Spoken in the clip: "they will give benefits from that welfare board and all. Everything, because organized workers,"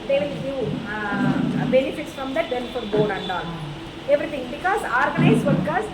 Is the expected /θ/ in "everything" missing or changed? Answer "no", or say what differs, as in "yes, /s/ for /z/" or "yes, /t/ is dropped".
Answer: yes, /t/ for /θ/